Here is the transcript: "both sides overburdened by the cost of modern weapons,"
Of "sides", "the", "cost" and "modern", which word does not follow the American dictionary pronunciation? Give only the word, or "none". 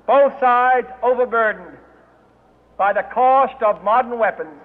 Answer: none